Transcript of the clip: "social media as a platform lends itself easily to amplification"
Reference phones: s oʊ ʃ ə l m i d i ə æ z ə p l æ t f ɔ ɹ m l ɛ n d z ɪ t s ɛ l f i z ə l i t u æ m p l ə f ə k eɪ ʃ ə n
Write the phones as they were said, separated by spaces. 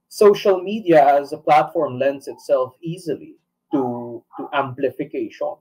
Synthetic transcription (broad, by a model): s oʊ ʃ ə l m i d i ə æ z ə p l æ t f ɔ ɹ m l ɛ n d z ɪ t s ɛ l f i z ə l i t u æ m p l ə f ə k eɪ ʃ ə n